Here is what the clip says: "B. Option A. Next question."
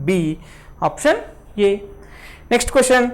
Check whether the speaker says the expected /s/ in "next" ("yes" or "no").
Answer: yes